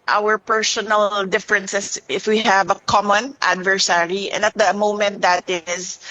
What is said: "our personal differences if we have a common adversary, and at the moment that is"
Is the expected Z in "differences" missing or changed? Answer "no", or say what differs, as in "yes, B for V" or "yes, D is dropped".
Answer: yes, S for Z